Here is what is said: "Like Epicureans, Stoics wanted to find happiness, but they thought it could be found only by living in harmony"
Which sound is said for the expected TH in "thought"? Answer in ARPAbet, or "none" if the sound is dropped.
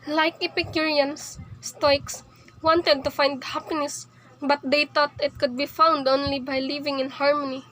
T